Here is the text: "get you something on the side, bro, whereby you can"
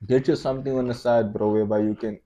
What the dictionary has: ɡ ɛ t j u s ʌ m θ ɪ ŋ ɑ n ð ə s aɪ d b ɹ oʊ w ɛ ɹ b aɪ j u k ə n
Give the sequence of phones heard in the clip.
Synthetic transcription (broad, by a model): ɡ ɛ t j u s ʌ m t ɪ ŋ ɑ n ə s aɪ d b ɹ oʊ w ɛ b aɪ j u k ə n